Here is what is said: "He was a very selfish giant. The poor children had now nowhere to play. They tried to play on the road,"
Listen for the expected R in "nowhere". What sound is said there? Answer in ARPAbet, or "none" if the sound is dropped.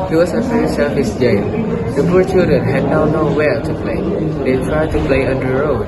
L